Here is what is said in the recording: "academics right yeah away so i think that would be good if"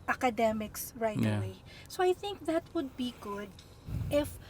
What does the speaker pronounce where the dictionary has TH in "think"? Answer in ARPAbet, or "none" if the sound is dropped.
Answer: TH